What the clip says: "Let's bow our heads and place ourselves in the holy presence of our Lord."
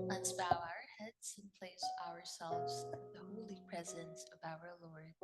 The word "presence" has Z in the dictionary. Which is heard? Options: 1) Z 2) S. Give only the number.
1